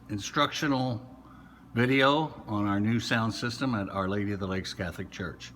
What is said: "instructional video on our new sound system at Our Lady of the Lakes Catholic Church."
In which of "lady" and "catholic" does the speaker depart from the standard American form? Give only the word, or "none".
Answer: none